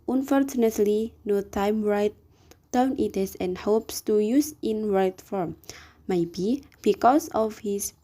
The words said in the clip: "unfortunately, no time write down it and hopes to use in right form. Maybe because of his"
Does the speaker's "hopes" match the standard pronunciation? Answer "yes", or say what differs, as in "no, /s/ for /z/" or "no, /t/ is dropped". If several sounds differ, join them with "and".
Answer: yes